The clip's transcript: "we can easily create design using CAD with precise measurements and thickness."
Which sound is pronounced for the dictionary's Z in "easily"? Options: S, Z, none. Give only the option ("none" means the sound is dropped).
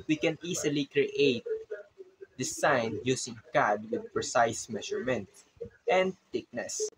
S